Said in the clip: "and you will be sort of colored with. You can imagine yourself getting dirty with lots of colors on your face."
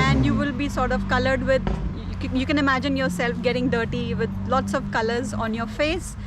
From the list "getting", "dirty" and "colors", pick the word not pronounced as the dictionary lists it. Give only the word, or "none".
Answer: none